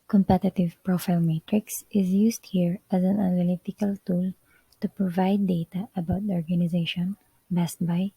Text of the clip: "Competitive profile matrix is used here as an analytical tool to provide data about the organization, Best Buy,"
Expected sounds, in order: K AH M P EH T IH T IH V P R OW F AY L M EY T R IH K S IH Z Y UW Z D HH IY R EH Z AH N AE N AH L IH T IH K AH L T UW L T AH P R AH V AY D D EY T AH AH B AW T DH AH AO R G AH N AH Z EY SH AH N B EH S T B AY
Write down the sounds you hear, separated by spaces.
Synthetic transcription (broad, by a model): K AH M P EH T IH T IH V P R OW F AY L M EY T R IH K S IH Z Y UW S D HH IY R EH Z AH N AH N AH L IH T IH K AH L T UW L T AH P R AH V AY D D EY T AH AH B AW T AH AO R G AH N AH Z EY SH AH N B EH S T B AY